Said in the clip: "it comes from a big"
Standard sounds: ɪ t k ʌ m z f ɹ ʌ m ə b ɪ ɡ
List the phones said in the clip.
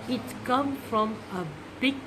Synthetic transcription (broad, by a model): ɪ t k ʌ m f ɹ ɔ m ə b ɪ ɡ